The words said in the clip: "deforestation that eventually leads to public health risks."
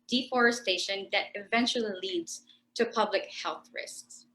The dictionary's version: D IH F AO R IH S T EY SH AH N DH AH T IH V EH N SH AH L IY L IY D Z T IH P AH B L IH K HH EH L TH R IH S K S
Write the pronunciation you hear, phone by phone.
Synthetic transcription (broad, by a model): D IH F AO R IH S T EY SH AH N DH AH T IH V EH N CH L IY L IY D Z T IH P AH B L IH K HH EH L TH R IH S K S